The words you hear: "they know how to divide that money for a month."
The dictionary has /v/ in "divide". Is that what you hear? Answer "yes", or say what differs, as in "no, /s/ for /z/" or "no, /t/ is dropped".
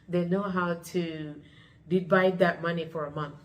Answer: no, /b/ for /v/